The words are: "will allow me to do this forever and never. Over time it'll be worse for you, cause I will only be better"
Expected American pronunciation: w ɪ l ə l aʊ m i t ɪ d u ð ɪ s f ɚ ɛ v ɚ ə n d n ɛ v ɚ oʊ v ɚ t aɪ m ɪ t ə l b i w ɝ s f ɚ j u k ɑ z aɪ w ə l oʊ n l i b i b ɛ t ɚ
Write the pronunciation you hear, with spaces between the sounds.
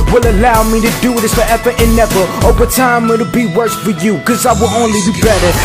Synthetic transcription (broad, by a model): w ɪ l ə l aʊ m i t ɪ d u ð ɪ s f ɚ ɛ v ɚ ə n n ɛ v ɚ oʊ v ɚ t aɪ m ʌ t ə b i w ɝ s f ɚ j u k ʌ z aɪ w ə l oʊ n l i b i b ɛ t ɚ